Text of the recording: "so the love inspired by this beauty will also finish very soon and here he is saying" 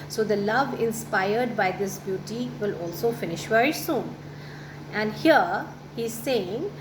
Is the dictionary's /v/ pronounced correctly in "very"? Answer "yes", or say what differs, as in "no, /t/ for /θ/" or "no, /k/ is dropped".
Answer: yes